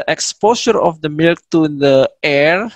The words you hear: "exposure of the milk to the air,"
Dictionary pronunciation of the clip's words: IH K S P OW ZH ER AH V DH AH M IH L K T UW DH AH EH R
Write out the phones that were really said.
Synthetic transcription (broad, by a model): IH K S P OW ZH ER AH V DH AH M IH L K T UW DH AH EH R